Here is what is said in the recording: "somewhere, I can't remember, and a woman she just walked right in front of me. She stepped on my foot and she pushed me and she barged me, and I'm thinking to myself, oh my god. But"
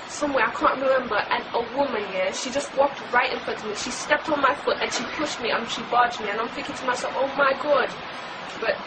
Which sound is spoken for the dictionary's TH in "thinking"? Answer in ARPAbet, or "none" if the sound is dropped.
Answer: F